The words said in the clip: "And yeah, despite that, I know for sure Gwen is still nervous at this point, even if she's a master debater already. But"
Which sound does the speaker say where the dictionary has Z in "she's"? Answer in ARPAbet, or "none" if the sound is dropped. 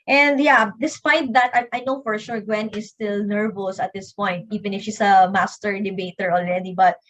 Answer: S